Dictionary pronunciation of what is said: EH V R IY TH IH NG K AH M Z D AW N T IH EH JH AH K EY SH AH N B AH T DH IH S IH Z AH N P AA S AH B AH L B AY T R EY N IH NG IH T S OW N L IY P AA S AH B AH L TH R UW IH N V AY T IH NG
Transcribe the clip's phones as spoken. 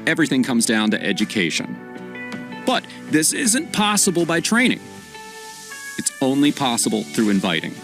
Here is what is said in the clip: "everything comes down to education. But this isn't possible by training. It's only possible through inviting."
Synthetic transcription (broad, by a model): EH V R IY TH IH NG K AH M Z D AW N T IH EH JH AH K EY SH AH N B AH T DH IH S IH Z AH N P AA S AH B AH L B AY T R EY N IH NG IH T S OW N L IY P AA S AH B L TH R UW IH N V AY T IH NG